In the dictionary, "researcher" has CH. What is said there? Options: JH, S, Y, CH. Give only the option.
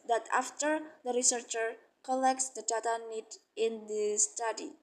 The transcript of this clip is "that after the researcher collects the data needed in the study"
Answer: CH